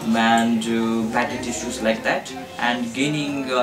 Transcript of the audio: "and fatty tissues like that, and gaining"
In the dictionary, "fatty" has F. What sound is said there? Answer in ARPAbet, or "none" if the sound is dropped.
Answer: P